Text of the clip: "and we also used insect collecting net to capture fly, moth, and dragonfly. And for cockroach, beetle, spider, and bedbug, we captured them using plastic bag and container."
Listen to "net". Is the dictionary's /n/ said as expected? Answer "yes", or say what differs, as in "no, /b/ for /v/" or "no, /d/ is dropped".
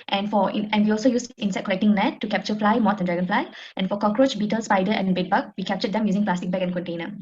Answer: no, /l/ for /n/